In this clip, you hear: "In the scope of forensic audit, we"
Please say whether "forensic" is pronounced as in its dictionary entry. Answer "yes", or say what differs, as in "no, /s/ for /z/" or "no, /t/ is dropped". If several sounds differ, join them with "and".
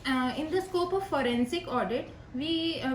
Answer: yes